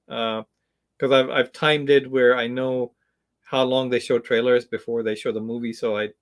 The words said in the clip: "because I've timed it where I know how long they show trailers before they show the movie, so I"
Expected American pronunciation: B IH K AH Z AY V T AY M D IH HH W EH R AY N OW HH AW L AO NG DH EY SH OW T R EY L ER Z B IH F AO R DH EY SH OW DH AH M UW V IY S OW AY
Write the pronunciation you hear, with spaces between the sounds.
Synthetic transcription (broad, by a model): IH K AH Z AY V T AY M D IH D W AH R AY N OW HH AW L AO NG DH EY SH OW T R EY L ER Z B IH F AO R DH EY SH OW DH AH M UW V IY S OW AY